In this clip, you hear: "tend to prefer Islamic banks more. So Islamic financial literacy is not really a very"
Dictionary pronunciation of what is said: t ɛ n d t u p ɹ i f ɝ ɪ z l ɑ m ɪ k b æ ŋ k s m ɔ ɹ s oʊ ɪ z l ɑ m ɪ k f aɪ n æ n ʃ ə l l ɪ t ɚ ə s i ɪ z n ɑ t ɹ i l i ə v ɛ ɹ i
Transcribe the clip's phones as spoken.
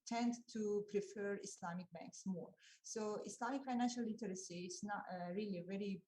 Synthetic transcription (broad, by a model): t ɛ n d t u p ɹ i f ɝ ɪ s l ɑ m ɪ k b æ ŋ k s m ɔ ɹ s oʊ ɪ s l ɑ m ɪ k f aɪ n æ n ʃ ə l l ɪ t ɚ ə s i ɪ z n ɑ t ɹ i l i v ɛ ɹ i